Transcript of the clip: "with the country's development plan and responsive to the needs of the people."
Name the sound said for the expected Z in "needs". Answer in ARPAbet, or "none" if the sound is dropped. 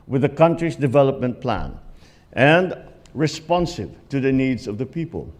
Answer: Z